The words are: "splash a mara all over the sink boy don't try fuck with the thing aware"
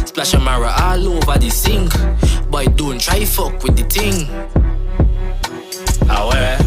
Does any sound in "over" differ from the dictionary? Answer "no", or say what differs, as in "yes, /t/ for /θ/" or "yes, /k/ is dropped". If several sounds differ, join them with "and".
yes, /b/ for /v/